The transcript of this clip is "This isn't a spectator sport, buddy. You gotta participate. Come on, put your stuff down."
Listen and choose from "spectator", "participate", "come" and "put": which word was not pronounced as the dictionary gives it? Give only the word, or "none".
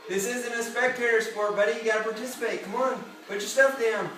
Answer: put